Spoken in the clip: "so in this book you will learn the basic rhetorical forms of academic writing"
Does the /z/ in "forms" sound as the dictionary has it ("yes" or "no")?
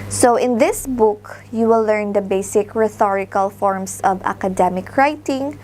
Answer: no